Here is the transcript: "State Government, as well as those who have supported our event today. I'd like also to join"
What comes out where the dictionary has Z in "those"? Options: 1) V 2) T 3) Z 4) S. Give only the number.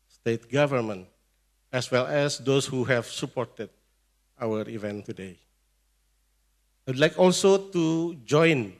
4